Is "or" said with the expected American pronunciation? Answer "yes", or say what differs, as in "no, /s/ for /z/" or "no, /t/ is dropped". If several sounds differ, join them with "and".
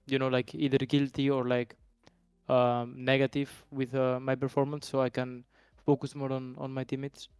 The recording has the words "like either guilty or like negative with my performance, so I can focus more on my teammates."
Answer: yes